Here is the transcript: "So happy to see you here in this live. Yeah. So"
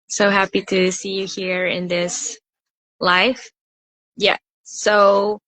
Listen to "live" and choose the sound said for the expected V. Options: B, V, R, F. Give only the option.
F